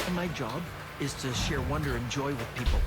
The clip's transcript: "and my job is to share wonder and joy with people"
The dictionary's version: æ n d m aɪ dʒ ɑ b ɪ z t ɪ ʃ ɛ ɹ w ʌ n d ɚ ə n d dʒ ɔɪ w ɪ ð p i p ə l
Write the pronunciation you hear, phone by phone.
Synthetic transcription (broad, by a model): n m aɪ dʒ ɑ b ɪ z t ɪ ʃ ɛ ɹ w ʌ n d ɚ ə n dʒ ɔɪ w ɪ ð p i p l